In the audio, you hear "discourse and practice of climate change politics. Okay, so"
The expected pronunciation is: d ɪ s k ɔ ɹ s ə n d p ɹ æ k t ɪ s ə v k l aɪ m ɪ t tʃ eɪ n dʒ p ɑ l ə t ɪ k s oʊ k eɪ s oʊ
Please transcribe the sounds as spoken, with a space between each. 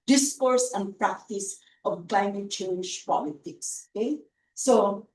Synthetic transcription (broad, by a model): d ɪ s k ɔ ɹ s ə n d p ɹ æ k t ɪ s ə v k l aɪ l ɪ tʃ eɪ l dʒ p ɑ l ə t ɪ k s oʊ k eɪ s oʊ